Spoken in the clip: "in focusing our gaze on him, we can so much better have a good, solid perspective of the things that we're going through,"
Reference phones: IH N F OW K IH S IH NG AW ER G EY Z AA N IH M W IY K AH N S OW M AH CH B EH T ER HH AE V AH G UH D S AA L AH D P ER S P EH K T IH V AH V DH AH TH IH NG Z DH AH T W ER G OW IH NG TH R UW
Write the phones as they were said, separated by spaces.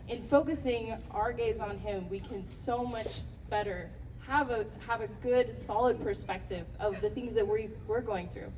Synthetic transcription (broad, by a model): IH N F OW K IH S IH NG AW ER G EY Z N IH M W IY K AH N S OW M AH CH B EH T ER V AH V AH G UH D S AA L AH D P ER S P EH K T IH V AH V DH AH TH IH NG Z DH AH T W ER G OW IH NG TH R UW